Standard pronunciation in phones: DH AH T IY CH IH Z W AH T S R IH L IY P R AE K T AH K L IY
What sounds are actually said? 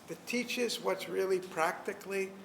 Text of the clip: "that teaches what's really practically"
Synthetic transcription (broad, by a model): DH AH T IY CH IH Z W AH T S R IH L IY P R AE K T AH K L IY